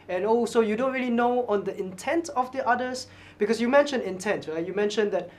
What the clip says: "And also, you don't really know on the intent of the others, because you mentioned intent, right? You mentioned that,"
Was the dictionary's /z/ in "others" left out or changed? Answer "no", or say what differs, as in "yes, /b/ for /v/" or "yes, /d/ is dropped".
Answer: yes, /s/ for /z/